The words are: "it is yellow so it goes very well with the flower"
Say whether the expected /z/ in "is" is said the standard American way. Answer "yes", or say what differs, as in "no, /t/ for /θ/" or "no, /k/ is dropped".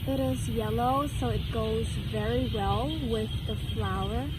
yes